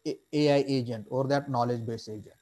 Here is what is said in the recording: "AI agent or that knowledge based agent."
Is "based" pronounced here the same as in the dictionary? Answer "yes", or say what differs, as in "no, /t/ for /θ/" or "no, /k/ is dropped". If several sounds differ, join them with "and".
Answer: no, /t/ is dropped